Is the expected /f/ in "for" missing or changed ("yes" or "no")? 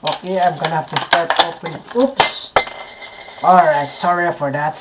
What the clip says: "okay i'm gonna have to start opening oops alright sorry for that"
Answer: no